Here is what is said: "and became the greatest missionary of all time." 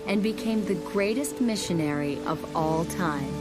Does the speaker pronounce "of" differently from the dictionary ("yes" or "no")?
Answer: no